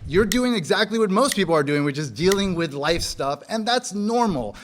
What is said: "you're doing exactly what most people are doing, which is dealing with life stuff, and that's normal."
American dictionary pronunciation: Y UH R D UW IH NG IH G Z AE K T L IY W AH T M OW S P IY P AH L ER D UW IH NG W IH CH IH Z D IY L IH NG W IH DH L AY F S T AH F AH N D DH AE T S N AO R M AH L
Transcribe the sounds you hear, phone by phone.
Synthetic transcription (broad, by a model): Y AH R D UW IH NG IH G Z AE K T L IY W AH T M OW S P IY P L ER D UW IH NG W IH CH IH Z D IY L IH NG W IH DH L AY F S T AH F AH N DH AE T S N AO R M L